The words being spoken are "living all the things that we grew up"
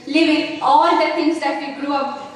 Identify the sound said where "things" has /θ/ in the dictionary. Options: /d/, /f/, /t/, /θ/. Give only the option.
/t/